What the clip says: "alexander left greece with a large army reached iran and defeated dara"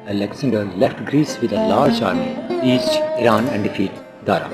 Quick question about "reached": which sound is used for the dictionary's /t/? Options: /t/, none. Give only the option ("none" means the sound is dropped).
none